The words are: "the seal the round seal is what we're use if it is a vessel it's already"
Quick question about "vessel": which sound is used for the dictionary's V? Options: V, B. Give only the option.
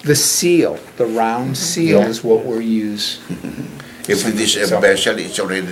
B